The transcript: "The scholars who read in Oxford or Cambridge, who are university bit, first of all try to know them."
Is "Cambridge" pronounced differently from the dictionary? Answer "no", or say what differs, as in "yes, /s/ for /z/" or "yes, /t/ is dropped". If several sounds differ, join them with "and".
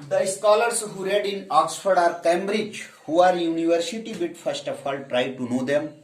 no